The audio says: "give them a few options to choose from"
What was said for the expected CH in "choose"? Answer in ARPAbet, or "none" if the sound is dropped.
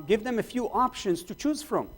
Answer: CH